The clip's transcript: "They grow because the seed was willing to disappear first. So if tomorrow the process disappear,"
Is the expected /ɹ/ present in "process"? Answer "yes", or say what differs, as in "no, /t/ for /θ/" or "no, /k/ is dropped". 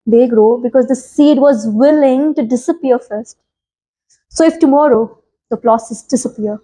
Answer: no, /l/ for /ɹ/